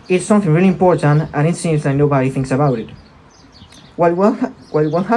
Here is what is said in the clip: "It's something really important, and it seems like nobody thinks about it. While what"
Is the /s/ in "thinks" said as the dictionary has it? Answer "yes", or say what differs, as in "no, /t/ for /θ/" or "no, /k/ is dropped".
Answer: yes